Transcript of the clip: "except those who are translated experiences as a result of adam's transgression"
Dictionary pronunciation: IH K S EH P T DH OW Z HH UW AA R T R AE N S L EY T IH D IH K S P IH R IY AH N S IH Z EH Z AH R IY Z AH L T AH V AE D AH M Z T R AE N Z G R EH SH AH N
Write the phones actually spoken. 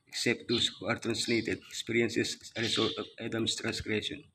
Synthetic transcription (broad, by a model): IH K S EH P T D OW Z HH UW AA R T R AE N S L EY T IH D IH K S P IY R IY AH N S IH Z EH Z AH R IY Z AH L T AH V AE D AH M S T R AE N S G R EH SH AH N